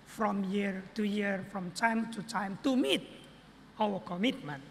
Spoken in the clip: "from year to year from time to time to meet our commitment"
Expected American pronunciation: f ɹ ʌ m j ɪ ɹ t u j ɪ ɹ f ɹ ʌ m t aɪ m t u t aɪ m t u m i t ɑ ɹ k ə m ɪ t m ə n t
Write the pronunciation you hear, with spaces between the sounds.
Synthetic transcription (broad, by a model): f ɹ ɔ m j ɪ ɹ t u j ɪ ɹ f ɹ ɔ m t aɪ m t u t aɪ m t u m i t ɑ w k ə m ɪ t m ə n